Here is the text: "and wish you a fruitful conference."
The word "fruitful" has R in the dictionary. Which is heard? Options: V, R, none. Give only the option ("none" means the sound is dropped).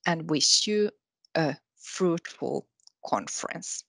R